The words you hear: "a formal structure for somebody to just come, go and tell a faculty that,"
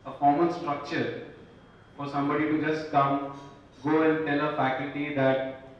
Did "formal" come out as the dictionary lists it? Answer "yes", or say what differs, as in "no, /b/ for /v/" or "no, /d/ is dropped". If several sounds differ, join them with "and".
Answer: no, /n/ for /l/